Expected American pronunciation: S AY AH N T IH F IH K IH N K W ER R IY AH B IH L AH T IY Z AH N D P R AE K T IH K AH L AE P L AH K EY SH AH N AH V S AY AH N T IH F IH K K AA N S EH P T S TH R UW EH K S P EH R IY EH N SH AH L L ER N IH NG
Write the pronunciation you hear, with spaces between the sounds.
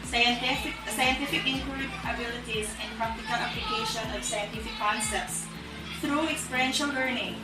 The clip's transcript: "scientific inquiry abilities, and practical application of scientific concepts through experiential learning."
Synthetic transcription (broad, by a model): S AY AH N T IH F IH K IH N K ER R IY AH B IH L AH T IY Z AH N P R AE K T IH K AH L AE P L AH K EY SH AH N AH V S AY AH N T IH F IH K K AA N S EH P T S TH R UW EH K S P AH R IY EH N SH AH L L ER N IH NG